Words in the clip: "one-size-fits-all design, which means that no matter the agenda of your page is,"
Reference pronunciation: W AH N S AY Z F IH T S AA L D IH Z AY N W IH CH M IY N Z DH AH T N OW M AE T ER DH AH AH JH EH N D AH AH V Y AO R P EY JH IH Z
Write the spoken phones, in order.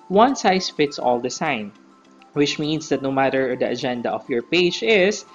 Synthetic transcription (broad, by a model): W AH N S AY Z F IH T S AA L D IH S AY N W IH CH M IY N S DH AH T N OW M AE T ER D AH AH JH EH N D AH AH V Y AO R P EY JH IH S